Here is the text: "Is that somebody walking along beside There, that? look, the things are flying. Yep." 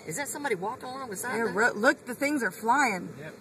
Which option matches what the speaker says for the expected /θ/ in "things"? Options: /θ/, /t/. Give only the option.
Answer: /θ/